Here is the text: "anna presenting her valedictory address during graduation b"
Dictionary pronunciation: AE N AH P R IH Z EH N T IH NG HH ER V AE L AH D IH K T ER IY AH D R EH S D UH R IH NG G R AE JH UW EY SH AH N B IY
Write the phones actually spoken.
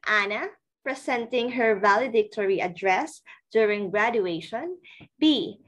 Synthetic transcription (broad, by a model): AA N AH P R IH S EH N T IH NG HH ER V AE L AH D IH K T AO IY AH D R EH S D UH R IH NG G R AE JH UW EY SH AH N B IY